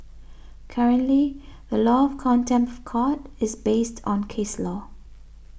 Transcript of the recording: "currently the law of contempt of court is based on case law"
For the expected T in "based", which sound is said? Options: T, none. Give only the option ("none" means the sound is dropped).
T